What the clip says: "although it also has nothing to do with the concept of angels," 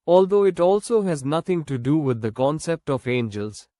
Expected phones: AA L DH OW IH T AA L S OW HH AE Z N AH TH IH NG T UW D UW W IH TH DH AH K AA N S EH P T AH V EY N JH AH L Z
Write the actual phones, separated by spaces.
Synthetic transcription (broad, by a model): AA L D OW IH T AA L S OW HH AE Z N AH T IH NG T UW D UW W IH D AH K AA N S EH P T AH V EY N JH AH L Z